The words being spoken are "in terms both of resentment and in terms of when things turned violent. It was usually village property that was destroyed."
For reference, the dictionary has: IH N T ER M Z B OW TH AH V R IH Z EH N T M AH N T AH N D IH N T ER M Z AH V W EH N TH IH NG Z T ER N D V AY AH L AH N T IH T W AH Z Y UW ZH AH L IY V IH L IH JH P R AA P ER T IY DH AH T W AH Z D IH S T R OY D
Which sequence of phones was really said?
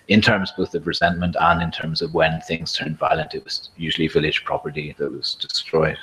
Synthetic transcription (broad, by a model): IH N T ER M Z B OW TH AH V R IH Z EH N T M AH N T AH N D IH N T ER M Z AH V W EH N TH IH NG Z T ER N D V AY AH L AH N T IH T W AH Z Y UW ZH AH L IY V IH L IH JH P R AA P ER T IY DH AH T W AH Z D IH S T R OY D